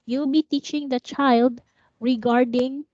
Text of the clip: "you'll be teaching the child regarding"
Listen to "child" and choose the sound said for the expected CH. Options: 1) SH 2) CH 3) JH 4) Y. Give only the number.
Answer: 2